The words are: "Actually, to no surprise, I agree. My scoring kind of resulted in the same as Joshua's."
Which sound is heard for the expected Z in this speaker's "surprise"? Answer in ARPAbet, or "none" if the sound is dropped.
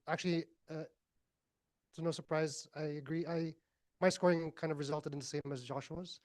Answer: Z